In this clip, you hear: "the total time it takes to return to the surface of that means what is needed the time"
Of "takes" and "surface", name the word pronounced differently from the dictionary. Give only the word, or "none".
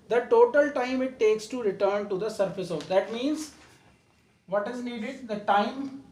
none